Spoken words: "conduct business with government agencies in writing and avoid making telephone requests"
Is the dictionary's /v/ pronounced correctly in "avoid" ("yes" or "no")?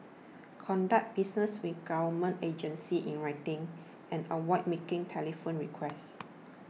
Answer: no